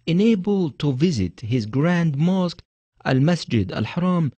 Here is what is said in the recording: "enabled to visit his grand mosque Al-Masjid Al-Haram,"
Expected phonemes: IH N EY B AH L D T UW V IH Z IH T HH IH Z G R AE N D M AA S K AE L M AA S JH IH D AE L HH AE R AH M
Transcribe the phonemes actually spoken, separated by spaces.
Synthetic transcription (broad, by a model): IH N EY B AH L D T UW V IH Z IH T HH IH Z G R AE N D M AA S K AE L M AA S JH IH D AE L HH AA R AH M